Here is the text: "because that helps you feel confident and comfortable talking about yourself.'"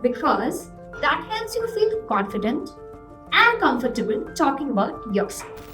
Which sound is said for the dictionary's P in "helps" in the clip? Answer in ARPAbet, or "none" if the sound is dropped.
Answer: none